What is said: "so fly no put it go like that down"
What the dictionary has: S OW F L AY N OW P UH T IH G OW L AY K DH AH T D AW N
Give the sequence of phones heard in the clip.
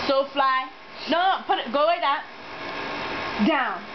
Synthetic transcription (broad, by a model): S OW F L AY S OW P UH T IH G OW W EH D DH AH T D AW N